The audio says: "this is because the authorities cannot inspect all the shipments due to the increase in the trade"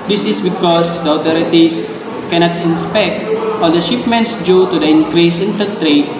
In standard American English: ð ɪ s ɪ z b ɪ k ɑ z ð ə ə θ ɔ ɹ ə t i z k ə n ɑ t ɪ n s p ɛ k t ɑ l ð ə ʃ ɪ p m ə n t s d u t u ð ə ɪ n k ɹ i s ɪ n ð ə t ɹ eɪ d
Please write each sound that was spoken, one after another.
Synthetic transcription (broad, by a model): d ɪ s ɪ s b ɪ k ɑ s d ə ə t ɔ ɹ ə t i s k ə n ɑ t ɪ n s p ɛ k t ɑ l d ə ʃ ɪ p m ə n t s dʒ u t u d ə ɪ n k ɹ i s ɪ n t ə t ɹ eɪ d